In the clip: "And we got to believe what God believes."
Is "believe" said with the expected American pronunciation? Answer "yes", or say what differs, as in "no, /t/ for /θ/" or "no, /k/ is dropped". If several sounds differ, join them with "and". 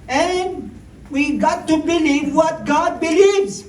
yes